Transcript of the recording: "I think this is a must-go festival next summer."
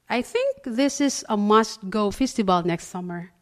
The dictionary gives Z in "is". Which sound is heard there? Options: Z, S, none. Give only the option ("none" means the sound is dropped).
S